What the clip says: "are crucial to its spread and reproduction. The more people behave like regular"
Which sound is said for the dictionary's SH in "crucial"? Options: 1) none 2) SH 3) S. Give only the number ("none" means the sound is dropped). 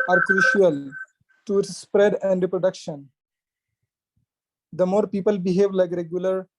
2